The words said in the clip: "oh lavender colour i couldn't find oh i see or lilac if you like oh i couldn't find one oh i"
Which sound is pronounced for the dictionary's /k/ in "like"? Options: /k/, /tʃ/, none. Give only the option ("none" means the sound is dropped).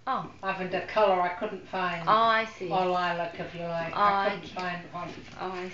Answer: none